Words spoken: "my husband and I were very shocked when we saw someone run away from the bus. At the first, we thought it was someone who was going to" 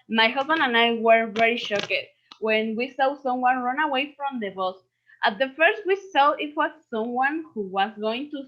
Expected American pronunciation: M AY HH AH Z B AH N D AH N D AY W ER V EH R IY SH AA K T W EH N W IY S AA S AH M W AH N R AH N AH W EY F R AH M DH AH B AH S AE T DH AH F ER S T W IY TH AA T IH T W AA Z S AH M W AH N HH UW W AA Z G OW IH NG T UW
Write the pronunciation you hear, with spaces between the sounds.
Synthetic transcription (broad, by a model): M AY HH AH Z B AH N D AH N AY W ER V EH R IY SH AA K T W EH N W IY S AA S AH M W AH N R AH N AH W EY F R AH M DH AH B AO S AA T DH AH F ER S T W IY S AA IH T W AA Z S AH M W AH N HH UW W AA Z G OW IH NG T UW